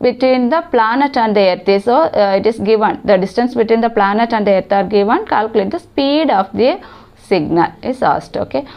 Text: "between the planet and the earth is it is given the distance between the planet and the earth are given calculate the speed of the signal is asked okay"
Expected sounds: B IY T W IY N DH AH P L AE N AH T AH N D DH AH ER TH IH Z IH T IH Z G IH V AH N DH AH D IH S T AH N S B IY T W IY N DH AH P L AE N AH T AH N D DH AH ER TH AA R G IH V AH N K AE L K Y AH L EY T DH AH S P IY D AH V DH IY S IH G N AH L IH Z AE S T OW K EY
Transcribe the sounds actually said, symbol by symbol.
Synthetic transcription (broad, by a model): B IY T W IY N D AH P L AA N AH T AH N D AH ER T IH S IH T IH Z G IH V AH N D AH D IH S T AH N S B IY T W IY N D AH P L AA N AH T AH N D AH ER T AA R G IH V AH N K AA L K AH L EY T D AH S P IY D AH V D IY S IH G N AH L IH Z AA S T OW K EY